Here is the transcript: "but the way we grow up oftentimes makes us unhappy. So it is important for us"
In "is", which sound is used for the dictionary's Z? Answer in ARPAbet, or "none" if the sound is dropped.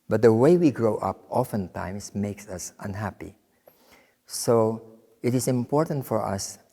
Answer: S